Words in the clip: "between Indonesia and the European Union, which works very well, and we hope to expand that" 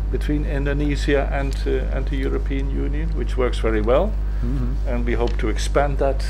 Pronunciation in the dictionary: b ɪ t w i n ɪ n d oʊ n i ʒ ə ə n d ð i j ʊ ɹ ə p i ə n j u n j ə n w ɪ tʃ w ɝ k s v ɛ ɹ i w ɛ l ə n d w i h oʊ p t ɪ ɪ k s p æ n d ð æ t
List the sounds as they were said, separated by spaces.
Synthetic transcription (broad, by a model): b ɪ t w i n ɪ n d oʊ n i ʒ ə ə n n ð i j ʊ ɹ ə p i ə n j u n j ə n w ɪ tʃ w ɝ k s v ɛ ɹ i w ɛ l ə n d w i h oʊ p t ɪ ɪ k s p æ n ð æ t